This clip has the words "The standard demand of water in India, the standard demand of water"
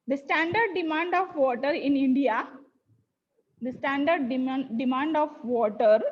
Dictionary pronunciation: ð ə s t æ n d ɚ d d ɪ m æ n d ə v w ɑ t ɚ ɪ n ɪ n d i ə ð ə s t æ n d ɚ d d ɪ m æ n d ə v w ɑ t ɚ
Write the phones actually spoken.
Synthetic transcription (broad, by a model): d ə s t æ n d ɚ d d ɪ m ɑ n d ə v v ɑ t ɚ ɪ n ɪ n d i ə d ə s t æ n d ɚ d d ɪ m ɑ n d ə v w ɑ t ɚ